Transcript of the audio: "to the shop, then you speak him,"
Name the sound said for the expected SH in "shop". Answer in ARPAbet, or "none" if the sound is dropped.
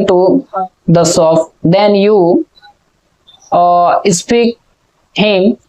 S